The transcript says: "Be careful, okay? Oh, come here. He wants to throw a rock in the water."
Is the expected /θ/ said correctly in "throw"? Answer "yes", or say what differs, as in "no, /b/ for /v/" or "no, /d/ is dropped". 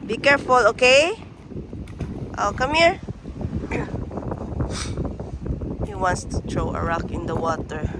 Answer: no, /t/ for /θ/